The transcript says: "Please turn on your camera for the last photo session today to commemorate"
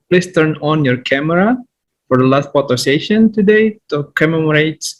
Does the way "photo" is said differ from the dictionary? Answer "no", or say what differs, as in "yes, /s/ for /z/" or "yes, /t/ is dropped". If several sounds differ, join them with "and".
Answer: yes, /p/ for /f/